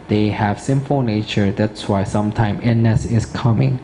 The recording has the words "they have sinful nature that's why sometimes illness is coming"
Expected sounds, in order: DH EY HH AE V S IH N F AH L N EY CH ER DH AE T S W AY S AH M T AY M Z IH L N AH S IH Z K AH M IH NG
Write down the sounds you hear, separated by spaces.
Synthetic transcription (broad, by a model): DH EY HH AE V S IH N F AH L N EY CH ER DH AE T S W AY S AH M T AY M IH N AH S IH S K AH M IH NG